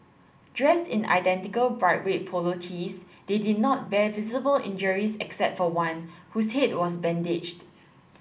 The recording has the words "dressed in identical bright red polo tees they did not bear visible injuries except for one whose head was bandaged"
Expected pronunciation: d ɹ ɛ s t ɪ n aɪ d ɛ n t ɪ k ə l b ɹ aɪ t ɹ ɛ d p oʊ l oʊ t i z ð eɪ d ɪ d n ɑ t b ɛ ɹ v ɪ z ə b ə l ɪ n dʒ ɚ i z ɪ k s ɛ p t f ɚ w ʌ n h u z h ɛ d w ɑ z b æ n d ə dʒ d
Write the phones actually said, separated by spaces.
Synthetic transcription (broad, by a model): d ɹ ɛ s t ɪ n aɪ d ɛ n t ɪ k ə l b ɹ aɪ t w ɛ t p oʊ l oʊ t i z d eɪ d ɪ d n ɑ t b ɛ v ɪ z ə b ə l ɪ n dʒ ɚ i s ɪ k s ɛ p t f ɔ w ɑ n h u s h ɛ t w ɑ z b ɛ n d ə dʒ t